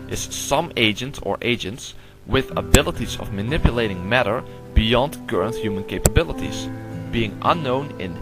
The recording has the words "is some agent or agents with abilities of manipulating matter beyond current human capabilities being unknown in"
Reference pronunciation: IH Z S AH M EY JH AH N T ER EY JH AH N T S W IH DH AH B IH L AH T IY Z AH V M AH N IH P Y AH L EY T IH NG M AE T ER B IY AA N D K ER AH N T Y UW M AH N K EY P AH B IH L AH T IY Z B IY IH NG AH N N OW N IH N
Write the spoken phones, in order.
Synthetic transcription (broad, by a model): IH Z S AH M EY JH AH N T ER EY JH AH N T S W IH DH AH B IH L AH T IY Z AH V M AH N IH P Y AH L EY T IH NG M AE T ER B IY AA N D K ER AH N T Y UW M AH N K EY P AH B IH L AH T IY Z B IY IH NG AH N N OW N IH N